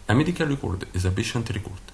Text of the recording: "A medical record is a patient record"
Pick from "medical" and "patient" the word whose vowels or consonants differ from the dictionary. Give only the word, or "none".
patient